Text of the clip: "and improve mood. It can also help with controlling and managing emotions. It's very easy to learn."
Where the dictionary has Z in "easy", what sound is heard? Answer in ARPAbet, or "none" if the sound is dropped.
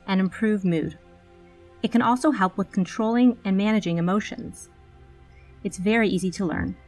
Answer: Z